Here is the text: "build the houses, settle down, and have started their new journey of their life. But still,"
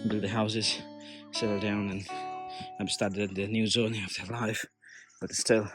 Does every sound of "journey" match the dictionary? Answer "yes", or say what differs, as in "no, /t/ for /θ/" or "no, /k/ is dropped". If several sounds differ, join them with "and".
no, /z/ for /dʒ/